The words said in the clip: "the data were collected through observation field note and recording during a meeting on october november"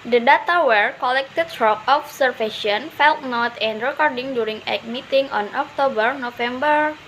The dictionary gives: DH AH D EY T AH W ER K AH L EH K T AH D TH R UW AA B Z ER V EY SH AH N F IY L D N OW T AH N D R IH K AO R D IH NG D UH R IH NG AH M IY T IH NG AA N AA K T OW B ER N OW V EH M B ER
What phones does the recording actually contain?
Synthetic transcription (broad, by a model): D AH D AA T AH W ER K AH L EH K T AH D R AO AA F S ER F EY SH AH N F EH L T N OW T AH N D R IH K AO R D IH NG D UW R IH NG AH M IY T IH NG AA N AA K T OW B ER N OW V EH M B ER